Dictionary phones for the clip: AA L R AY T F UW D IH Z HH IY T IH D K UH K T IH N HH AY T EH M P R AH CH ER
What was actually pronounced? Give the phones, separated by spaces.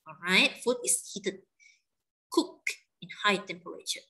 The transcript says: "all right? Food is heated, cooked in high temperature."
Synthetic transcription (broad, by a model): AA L R AY T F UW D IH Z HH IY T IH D K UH K IH N HH AY T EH M P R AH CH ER